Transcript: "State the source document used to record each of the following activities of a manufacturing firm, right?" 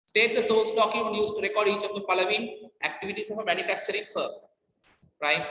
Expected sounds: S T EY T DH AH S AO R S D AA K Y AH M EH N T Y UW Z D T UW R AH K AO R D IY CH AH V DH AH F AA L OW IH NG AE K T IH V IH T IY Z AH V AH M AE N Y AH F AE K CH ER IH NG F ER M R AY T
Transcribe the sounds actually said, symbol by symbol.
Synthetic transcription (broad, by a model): S T EY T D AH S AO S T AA K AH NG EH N Y UW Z T UW R AH K AO R D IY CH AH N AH P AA L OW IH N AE K T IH V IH T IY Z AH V AH M AE N Y AH F AE K CH ER IH NG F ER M R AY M